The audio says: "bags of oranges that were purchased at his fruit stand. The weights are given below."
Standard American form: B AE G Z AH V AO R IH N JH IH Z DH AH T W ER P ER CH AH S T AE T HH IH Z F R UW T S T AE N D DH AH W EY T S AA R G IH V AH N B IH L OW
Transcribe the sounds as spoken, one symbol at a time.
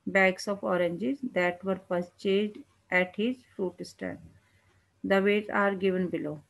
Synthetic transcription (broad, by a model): B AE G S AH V AO R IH N JH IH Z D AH T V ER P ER CH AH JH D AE T HH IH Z F R UW T S T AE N D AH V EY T AA R G IH V AH N B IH L OW